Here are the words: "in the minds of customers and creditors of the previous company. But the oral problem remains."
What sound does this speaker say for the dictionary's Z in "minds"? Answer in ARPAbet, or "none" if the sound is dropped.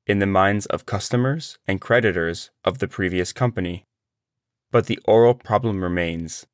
Z